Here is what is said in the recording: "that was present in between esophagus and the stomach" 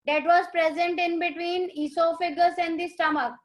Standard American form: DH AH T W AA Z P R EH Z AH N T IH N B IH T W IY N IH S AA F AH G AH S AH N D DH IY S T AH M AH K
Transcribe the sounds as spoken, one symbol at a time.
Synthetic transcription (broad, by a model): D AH T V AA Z P R EH Z AH N T IH N B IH T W IY N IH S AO F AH G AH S AH N D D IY S T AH M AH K